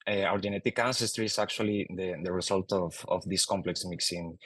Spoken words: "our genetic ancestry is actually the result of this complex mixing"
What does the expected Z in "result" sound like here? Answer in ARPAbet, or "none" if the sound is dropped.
S